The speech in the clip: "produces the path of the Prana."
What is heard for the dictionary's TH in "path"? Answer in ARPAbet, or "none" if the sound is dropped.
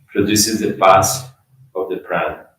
S